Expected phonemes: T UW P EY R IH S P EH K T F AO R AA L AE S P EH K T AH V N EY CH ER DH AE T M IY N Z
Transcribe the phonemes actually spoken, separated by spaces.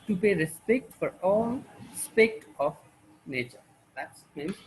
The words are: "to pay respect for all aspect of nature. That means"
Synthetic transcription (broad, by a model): T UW P EY R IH S P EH K T F AO R AA L S P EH K T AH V N EY CH ER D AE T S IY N